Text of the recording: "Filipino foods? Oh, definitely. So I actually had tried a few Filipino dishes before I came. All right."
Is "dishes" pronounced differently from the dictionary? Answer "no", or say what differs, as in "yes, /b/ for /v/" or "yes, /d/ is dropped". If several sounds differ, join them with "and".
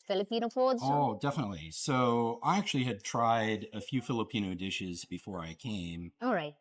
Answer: no